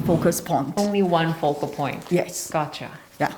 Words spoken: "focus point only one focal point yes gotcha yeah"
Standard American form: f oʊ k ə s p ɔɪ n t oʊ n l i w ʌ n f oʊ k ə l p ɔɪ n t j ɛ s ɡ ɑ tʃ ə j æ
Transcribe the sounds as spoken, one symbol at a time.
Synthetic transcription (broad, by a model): f oʊ k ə s p ɔɪ n t oʊ n l i w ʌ n f oʊ k ə l p ɔɪ n t j ɛ s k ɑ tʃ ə j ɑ